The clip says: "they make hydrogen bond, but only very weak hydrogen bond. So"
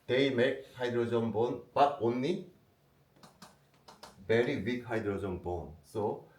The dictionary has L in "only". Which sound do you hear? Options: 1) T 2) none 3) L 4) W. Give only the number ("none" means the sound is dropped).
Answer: 2